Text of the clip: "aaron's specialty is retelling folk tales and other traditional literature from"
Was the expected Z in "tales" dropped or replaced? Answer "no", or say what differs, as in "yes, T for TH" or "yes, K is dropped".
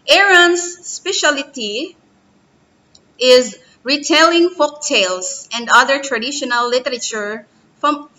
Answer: yes, S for Z